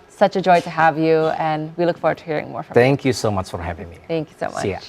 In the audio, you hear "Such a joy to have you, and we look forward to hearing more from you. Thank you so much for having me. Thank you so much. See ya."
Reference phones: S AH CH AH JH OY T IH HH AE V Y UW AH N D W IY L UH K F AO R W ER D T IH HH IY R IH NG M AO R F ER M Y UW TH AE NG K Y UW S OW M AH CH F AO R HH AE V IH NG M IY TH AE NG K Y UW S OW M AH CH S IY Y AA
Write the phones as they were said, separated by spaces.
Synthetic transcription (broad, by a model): S AH CH AH JH OY T IH HH AE V Y UW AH N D W IY L UH K F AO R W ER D T IH HH IY R IH NG M AO R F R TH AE NG K Y UW S OW M AH CH F AO R HH AE V IH NG M IY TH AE NG K Y UW S OW M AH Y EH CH